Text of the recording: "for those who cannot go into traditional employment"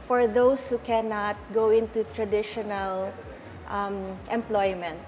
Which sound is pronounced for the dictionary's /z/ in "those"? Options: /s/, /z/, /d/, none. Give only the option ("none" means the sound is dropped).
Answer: /s/